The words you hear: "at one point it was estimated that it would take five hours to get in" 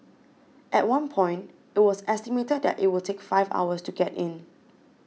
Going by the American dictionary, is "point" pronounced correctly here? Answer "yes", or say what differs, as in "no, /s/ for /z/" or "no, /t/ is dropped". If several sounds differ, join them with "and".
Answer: yes